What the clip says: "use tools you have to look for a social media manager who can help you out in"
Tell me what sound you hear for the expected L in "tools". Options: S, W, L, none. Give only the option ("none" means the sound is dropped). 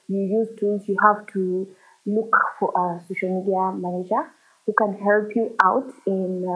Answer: none